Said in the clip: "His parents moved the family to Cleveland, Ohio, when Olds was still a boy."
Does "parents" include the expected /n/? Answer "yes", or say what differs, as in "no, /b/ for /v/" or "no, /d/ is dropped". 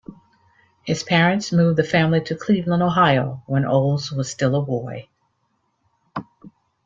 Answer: yes